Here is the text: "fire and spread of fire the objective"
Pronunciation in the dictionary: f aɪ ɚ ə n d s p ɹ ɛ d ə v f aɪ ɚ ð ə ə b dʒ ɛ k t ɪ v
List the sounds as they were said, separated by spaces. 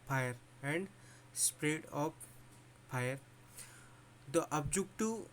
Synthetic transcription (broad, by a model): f aɪ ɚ ə n d s p ɹ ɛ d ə p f aɪ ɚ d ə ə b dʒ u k t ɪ